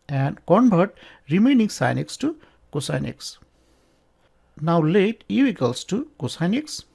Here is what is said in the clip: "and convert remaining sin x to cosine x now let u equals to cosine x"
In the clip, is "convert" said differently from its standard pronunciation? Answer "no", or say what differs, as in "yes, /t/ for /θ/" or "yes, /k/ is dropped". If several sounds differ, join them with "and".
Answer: yes, /b/ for /v/